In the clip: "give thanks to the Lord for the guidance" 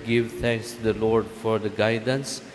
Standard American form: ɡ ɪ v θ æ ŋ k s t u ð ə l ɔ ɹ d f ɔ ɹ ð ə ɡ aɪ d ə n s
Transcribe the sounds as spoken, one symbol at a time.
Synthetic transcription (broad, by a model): ɡ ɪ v t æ ŋ k s t u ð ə l ɔ ɹ d f ɔ ɹ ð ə ɡ aɪ d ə n s